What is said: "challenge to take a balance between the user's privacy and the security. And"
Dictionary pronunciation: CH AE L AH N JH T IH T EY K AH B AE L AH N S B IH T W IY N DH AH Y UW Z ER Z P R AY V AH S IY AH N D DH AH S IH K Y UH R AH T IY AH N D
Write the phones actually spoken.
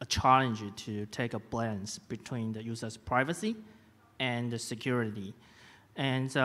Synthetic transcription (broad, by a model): CH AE L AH N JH T IH T EY K AH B L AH N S B IH T W IY N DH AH Y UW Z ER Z P R AY V AH S IY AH N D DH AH S IH K Y UH R AH T IY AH N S